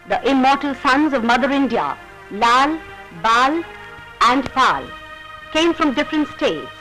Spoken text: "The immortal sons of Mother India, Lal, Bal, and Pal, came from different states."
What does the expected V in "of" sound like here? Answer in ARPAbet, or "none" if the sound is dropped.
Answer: V